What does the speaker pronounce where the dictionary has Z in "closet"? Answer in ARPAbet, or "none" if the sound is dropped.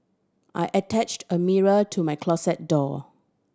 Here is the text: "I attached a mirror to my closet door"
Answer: S